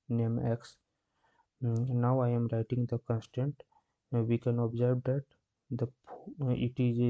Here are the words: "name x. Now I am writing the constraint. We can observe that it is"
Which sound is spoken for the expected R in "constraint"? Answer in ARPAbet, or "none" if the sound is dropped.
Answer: none